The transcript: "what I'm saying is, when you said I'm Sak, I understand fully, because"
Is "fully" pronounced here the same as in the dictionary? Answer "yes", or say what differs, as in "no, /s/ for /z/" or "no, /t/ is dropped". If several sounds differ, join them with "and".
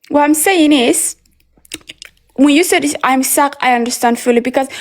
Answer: yes